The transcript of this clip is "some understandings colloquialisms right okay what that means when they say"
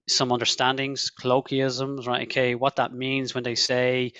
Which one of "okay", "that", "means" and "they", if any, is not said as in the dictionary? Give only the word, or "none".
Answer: none